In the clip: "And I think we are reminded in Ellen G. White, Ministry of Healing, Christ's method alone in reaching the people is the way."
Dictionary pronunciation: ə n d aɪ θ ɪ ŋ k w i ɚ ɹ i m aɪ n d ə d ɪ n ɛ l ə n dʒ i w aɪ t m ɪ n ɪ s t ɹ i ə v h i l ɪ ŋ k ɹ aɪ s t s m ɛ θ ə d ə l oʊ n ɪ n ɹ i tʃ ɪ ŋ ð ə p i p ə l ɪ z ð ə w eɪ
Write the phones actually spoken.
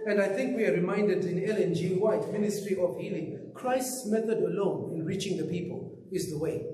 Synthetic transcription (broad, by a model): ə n d aɪ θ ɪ ŋ k w i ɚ ɹ i m aɪ n d ə d ɪ n ɛ l ə n dʒ i w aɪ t m ɪ n ɪ s t ɹ i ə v h i l ɪ ŋ k ɹ aɪ s t s m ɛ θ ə d ə l oʊ n ɪ n ɹ i tʃ ɪ ŋ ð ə p i p ə l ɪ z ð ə w eɪ